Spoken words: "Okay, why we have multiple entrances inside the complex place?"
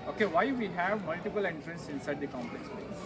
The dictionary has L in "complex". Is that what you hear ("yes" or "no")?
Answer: no